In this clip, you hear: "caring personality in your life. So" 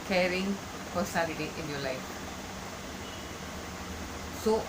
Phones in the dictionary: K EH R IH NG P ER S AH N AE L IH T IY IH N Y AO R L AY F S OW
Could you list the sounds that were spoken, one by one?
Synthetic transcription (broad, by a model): K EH R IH NG F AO S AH L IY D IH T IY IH N Y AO L AY F S OW